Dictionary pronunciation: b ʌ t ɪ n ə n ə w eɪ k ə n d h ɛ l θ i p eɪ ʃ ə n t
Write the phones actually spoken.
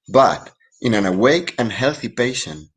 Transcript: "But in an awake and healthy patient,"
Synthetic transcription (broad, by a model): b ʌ t ɪ n ə n ə w eɪ k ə n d h ɛ l θ i p eɪ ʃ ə n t